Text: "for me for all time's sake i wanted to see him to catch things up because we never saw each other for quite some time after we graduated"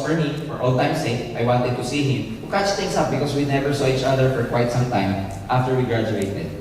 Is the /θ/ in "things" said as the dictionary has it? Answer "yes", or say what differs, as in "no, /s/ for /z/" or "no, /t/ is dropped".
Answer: no, /t/ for /θ/